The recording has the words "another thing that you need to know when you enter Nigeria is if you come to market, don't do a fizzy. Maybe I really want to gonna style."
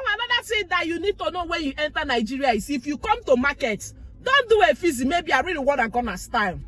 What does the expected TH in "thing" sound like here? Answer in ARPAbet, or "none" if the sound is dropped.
S